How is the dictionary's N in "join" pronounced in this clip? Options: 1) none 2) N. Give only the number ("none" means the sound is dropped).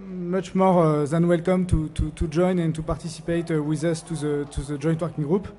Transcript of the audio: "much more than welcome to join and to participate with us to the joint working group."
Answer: 2